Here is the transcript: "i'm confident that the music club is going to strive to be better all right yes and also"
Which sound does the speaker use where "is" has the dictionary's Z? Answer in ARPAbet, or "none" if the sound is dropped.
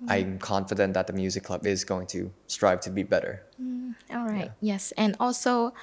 Z